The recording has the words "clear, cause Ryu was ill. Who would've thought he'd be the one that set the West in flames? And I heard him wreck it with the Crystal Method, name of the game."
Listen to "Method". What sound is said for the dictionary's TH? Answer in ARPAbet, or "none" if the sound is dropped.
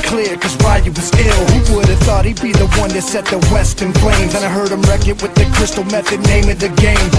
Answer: TH